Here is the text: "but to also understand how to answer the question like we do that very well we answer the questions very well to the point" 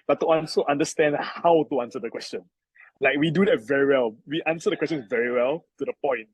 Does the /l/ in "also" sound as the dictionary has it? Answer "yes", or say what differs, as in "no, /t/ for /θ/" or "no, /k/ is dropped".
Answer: no, /n/ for /l/